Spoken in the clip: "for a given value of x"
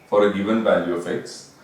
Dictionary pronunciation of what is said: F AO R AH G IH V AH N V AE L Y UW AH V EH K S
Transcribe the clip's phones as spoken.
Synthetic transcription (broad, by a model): F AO R AH G IH V AH N V AE L Y UW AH F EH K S